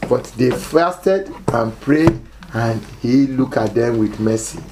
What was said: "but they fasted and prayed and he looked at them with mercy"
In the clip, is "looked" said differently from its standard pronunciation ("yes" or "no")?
yes